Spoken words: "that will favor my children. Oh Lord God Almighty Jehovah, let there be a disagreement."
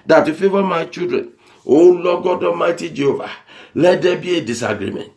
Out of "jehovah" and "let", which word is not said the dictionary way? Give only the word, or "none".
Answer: none